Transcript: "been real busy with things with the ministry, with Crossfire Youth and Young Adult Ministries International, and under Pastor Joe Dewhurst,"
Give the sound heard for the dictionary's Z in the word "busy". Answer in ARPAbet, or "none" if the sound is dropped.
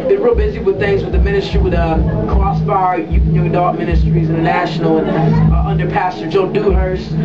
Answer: Z